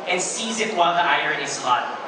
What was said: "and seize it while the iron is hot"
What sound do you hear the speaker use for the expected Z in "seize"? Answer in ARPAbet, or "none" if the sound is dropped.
Z